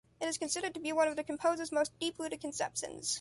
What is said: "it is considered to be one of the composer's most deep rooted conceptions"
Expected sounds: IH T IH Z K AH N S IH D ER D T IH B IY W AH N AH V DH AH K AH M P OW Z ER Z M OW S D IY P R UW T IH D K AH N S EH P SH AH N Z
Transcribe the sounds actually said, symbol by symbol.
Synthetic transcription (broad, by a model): IH T IH Z K AH N S IH D ER D T IH B IY W AH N AH V DH AH K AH M P OW Z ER Z M OW S D IY P L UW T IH K AH N S EH P SH AH N Z